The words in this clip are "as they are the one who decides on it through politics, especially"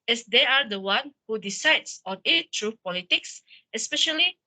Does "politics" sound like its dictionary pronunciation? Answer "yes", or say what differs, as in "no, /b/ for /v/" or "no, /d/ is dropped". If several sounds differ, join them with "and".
yes